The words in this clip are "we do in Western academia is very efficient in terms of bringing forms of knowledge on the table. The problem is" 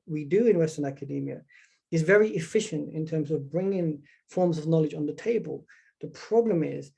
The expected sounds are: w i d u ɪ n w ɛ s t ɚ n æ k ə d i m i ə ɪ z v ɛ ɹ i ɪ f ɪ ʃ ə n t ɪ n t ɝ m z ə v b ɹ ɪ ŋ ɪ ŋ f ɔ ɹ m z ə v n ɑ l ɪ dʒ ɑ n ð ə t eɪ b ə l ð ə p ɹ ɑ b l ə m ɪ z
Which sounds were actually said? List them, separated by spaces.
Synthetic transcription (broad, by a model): w i d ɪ ɪ n w ɛ s t ɚ n æ k ə d i m i ə ɪ z v ɛ ɹ i ɪ f ɪ ʃ ə n t ɪ n t ɝ m z ə v b ɹ ɪ ŋ ɪ ŋ f ɔ ɹ m z ə v n ɑ l ɪ dʒ n ð ə t eɪ b ə l ð ə p ɹ ɑ b l ə m ɪ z